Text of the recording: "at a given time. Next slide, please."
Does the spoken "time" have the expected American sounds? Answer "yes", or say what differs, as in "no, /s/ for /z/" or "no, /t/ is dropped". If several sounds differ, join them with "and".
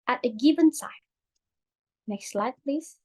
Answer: no, /s/ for /t/